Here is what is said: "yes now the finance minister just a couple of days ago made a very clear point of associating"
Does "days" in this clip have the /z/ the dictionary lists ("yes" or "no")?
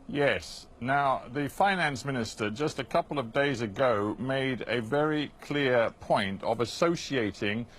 yes